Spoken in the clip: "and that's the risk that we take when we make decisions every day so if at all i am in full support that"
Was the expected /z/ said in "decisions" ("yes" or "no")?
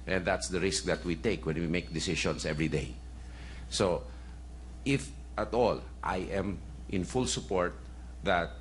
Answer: no